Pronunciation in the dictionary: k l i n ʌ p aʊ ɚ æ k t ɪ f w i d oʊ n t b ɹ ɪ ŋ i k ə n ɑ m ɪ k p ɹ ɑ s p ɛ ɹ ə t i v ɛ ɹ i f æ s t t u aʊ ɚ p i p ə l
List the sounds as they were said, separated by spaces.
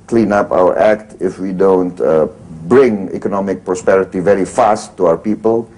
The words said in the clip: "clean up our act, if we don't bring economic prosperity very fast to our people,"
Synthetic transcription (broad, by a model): k l i n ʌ p aʊ ɚ æ k t ɪ f w i d oʊ n t b ɹ ɪ ŋ i k ə n ɑ m ɪ k p ɹ ɑ s p ɛ ɹ ə t i v ɛ ɹ i f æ s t t u aʊ ɚ p i p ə l